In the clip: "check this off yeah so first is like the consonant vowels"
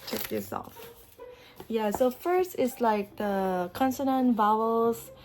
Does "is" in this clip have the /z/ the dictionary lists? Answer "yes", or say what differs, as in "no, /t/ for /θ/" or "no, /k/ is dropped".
no, /s/ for /z/